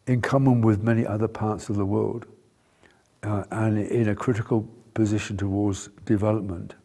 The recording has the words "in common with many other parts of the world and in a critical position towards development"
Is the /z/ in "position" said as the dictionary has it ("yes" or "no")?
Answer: yes